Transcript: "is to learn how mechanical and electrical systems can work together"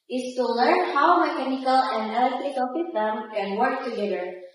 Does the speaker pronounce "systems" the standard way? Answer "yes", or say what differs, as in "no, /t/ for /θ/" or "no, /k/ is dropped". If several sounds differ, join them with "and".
no, /z/ is dropped